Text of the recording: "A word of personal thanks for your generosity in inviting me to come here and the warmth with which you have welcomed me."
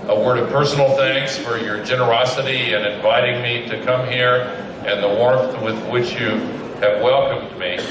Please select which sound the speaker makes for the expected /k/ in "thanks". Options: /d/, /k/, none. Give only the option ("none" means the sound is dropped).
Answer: /k/